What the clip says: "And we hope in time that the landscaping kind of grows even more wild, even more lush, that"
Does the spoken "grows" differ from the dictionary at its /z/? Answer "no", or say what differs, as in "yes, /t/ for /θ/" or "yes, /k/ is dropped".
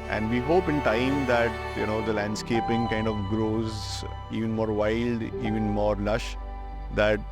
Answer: no